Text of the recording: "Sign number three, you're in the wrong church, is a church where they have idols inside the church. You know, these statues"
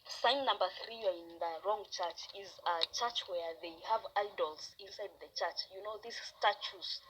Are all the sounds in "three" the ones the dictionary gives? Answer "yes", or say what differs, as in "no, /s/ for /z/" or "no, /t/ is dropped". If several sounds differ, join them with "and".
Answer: yes